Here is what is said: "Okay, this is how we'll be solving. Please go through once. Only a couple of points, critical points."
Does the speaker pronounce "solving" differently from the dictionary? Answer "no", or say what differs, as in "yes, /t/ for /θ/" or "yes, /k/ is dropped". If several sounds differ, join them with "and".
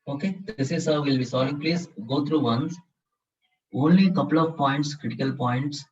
yes, /v/ is dropped